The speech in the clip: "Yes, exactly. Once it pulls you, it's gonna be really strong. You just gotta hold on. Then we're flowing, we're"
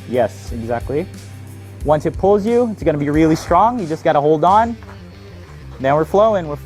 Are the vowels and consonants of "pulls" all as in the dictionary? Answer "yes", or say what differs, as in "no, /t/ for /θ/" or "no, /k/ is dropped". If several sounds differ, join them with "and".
yes